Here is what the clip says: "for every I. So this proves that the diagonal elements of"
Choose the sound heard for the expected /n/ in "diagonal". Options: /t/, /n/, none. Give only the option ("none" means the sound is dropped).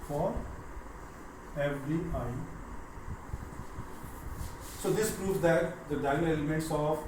none